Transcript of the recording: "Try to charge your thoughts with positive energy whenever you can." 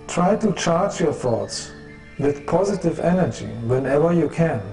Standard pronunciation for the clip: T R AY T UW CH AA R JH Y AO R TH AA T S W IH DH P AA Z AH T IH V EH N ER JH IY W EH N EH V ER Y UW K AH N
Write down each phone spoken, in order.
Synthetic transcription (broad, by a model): T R AY T UW CH AA R JH Y AO R TH AA T S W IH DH P AA Z AH T IH V EH N ER JH IY W EH N EH V ER Y UW K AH N